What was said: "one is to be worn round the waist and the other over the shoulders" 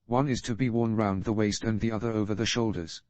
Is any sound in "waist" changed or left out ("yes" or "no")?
no